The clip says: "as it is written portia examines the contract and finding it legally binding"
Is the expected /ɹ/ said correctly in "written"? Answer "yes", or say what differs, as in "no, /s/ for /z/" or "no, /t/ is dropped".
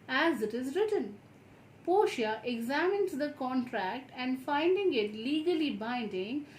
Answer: yes